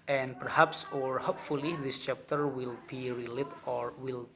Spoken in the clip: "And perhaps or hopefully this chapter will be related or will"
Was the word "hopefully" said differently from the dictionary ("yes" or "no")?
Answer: no